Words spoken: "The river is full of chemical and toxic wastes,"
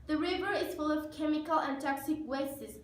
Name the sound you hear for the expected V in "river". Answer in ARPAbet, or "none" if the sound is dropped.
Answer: V